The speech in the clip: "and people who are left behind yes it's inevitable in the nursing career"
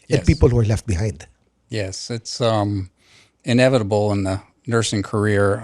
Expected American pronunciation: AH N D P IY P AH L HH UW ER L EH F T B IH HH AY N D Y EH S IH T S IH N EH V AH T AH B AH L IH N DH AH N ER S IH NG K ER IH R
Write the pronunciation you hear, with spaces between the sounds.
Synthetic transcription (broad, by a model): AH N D P IY P AH L HH UW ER L EH F T B IH HH AY N D Y EH S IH T S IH N EH V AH T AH B L IH N DH AH N ER S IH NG K ER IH R